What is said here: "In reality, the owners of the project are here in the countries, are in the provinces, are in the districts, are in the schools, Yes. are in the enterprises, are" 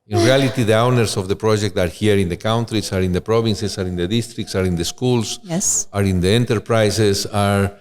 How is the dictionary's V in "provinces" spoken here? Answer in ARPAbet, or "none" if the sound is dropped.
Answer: B